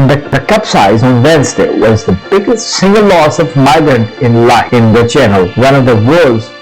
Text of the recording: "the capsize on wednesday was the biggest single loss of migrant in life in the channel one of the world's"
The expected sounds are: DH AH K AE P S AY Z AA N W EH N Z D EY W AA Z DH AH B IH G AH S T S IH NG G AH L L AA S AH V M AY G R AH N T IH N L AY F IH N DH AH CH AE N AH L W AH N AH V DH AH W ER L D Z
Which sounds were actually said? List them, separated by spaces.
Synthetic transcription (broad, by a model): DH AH K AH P S AY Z AA N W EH N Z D EY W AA Z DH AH B IH G AH S T S IH NG G AH L L AA S AH V M AY G R AH N T IH N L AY IH N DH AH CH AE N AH L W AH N AH V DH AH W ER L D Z